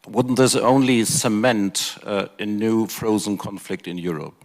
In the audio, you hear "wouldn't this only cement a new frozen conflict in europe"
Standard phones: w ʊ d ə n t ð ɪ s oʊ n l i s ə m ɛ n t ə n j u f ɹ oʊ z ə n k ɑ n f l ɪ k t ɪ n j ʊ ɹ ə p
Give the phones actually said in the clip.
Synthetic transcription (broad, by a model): w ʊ d n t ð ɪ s oʊ n l i s ə m ɛ n t ə n j u f ɹ oʊ z ə n k ɑ n f l ɪ k t ɪ n j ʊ ɹ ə p